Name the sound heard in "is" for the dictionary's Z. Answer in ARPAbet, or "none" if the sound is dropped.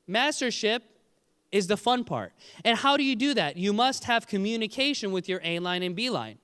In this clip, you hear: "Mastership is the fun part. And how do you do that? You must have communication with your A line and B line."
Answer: Z